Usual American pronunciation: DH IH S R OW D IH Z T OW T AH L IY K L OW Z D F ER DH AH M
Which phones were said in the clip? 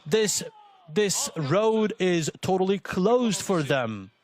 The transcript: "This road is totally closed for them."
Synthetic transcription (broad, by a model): DH IH S R OW D IH Z T OW T AH L IY K L OW Z D F ER DH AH M